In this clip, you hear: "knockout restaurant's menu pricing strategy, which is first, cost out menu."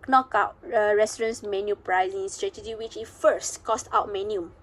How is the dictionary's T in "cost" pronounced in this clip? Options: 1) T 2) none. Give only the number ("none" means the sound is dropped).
1